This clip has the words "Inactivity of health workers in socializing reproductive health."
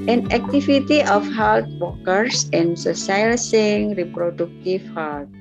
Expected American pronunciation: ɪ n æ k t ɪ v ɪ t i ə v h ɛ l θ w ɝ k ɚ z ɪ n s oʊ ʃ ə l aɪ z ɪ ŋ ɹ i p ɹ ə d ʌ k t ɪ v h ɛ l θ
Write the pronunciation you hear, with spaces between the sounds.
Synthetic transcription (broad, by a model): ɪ n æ k t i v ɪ t i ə f h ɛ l t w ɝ k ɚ s ɪ n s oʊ s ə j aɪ s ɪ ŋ ɹ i p ɹ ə d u k t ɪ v h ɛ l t